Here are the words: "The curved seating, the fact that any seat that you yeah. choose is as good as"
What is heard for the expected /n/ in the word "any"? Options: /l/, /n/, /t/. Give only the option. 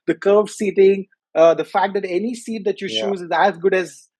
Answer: /n/